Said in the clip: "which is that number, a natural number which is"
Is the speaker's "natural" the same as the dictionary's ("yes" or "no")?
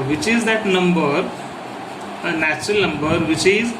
yes